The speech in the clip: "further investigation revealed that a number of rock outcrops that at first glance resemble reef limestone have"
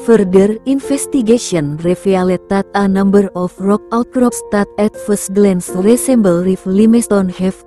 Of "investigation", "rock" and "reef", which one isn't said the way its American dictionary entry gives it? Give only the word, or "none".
investigation